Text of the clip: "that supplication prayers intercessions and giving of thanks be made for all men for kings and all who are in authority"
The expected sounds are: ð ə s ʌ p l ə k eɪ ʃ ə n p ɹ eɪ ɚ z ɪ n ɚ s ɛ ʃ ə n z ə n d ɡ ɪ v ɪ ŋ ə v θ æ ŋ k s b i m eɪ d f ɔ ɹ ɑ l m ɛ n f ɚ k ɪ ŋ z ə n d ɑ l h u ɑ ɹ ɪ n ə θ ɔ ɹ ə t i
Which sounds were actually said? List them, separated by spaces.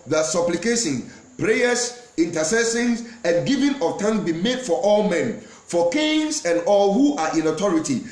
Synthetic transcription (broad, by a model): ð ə s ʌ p l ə k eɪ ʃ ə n p ɹ eɪ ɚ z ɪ n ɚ s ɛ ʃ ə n s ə n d ɡ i v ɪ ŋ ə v t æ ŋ s b i m eɪ d f ɔ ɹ ɑ l m ɛ n f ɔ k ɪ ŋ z ə n d ɑ l h u ɑ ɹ ɪ n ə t ɔ ɹ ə t i